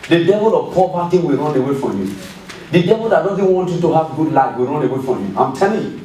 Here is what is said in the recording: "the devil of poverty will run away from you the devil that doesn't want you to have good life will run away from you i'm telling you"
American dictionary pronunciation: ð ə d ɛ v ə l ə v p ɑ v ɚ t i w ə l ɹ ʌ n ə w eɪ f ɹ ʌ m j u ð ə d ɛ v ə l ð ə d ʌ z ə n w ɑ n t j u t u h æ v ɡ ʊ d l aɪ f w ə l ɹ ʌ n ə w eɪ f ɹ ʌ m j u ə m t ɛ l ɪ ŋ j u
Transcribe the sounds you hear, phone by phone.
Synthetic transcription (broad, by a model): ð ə d ɛ v ə l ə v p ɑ b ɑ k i w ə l ɹ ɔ n ə w eɪ f ɹ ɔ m j u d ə d ɛ v ə l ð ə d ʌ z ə n w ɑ n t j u t u h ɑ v ɡ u d l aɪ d w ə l ɹ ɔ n ə w eɪ f ɹ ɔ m j u ə m t ɛ l ɪ ŋ